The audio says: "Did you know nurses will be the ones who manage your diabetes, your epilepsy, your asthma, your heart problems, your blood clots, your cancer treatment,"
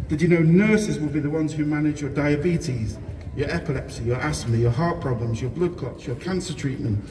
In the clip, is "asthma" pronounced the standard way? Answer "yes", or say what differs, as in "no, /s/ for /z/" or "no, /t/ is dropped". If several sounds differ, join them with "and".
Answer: no, /s/ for /z/